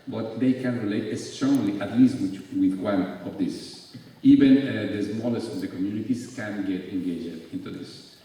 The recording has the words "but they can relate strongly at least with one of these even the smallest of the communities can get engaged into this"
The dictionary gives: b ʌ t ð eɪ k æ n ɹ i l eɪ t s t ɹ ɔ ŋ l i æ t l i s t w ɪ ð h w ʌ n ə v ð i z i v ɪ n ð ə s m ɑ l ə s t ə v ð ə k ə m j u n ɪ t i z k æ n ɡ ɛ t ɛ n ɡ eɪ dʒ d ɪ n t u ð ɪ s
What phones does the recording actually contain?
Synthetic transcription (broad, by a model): b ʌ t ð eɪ k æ n ɹ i l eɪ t s t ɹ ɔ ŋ l i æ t l i s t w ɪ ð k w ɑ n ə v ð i s i v ɪ n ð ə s m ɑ l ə s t ə v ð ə k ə m j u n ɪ t i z k æ n ɡ ɛ t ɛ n ɡ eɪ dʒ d ɪ n t u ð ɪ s